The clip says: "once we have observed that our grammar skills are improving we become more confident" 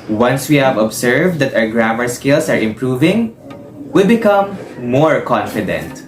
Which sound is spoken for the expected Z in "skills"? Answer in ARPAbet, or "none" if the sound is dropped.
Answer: S